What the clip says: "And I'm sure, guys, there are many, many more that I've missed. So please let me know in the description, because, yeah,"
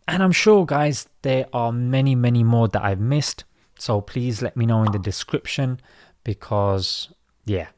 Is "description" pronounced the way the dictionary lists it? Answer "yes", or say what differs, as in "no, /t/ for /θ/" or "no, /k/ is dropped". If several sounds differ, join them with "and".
yes